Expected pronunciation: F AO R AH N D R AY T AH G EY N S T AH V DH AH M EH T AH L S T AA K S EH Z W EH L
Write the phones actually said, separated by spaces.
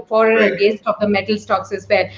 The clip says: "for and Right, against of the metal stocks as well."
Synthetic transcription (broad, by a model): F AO R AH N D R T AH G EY S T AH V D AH M EH T AH L S T AA K S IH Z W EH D